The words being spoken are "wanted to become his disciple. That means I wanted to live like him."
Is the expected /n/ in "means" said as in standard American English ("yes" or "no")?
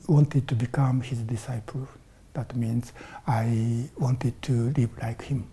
yes